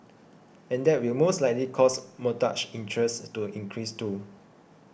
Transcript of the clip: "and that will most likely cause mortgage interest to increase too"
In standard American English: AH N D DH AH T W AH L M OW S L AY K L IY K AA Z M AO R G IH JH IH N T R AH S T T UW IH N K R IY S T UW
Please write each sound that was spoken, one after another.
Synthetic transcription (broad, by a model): AH N D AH T W AH L M OW S L AY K L IY K AA S M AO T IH CH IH N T R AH S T T UW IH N K R IY S T UW